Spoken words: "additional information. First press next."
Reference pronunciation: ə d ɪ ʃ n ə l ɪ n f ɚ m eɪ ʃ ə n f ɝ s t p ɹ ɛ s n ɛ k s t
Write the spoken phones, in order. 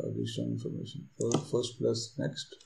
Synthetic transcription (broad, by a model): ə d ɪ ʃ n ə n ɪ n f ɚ m eɪ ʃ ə n f ɝ s t p l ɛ s n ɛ k s t